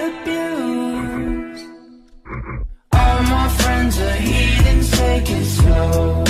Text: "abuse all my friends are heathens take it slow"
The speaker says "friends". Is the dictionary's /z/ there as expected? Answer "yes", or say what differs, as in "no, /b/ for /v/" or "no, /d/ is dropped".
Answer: yes